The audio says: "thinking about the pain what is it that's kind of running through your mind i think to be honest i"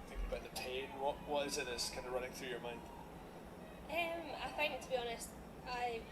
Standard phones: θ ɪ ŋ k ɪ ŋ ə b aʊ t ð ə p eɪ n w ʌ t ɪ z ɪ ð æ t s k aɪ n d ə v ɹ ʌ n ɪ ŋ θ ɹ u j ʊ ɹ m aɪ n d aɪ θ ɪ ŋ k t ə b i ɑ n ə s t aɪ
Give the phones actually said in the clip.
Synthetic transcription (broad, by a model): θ ɪ ŋ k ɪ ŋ ə b aʊ t ð ə p eɪ n w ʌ t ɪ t ɪ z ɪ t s k aɪ n d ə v ɹ ʌ n ɪ ŋ θ ɹ u j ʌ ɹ m aɪ n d aɪ f ɪ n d t ə b i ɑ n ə s t aɪ